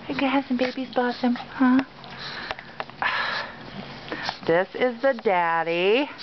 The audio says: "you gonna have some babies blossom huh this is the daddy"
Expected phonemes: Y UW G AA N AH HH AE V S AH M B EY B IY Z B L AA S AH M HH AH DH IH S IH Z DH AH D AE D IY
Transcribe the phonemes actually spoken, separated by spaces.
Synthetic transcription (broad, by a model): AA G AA AH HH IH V S AH M B EY B IY Z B AA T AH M HH AH DH IH S IH Z DH AH D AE D IY